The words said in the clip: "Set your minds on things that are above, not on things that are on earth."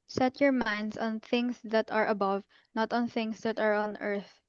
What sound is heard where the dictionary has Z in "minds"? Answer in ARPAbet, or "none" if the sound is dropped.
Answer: S